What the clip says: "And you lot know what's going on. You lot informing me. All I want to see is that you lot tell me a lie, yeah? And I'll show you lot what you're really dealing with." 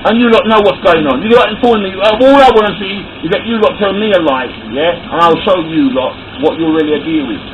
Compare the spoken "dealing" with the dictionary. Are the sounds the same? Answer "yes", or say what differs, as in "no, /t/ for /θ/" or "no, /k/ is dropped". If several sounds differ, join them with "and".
no, /l/ is dropped